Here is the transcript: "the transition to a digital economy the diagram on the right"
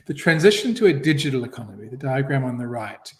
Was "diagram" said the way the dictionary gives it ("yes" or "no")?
yes